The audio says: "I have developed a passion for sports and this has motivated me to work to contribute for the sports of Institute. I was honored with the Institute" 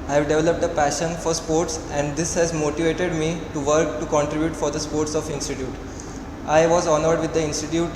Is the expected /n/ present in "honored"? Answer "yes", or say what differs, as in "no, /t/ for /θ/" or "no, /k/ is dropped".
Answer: yes